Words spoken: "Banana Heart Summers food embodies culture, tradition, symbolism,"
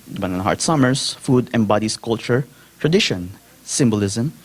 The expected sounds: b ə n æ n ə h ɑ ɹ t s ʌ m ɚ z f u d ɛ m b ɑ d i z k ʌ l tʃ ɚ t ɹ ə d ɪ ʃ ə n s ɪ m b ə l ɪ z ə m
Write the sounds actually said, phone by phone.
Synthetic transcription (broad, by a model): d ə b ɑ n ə h ɑ ɹ t s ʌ m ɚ s f u d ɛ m b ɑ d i s k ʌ l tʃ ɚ t ɹ ə d ɪ ʃ ə n s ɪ m b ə l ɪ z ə m